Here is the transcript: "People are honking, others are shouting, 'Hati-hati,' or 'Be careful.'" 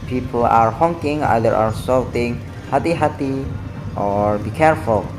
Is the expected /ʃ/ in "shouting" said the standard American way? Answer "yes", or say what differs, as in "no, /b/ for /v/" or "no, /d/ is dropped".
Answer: no, /s/ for /ʃ/